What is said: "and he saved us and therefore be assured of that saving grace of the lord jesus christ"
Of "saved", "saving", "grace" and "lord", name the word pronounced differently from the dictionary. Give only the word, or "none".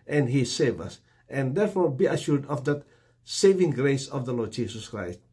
saved